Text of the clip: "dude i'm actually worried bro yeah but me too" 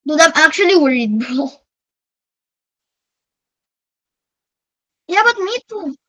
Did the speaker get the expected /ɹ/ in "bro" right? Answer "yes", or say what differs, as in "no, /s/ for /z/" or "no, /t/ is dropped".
no, /ɹ/ is dropped